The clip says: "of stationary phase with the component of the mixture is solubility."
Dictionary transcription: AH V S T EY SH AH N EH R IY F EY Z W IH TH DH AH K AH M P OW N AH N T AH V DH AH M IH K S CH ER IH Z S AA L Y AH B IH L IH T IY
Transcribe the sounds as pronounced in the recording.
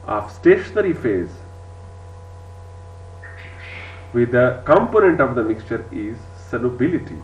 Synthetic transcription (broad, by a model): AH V S T EY SH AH N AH R IY F EY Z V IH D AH K AH M P OW N AH N T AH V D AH M IH K S CH ER IH Z S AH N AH B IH L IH T IY